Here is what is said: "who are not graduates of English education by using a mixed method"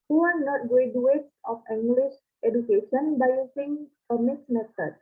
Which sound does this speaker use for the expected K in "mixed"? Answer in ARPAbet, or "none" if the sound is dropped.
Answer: none